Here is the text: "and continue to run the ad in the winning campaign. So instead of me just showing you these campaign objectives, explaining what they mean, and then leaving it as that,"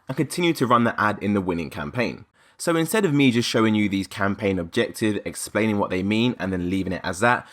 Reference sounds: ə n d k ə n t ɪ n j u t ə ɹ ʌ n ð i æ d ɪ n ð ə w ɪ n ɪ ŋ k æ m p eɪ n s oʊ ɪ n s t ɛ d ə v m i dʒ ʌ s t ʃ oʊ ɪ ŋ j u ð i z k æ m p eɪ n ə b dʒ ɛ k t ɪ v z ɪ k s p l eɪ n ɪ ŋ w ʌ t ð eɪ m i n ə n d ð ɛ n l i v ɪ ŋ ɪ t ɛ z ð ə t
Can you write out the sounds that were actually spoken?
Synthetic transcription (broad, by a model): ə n k ə n t ɪ n j u t ə ɹ ʌ n ð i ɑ d ɪ n ð ə w ɪ n ɪ ŋ k æ m p eɪ n s oʊ ɪ n s t ɛ d ə v m i dʒ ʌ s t ʃ oʊ ɪ ŋ j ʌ ð i z k æ m p eɪ n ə b dʒ ɛ k t ɪ v ɪ k s p l eɪ n ɪ ŋ w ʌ t ð eɪ m i n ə n ð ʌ n l i v ɪ ŋ ɪ t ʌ z ð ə t